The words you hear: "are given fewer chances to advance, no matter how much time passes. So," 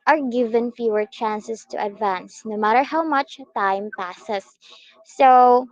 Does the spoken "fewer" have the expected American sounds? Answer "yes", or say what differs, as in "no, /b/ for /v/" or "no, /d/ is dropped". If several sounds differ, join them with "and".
yes